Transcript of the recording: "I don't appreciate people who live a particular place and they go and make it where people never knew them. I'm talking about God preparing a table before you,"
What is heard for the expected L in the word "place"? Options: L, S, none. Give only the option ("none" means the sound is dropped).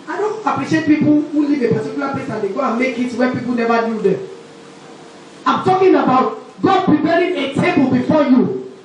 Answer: none